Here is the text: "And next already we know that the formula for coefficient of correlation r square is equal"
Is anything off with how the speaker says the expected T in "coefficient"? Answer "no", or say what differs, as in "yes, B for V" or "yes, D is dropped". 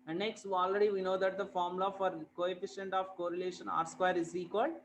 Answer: no